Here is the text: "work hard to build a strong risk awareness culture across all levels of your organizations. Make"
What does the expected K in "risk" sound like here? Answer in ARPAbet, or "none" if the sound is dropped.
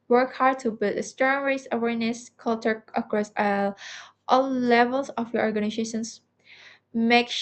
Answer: none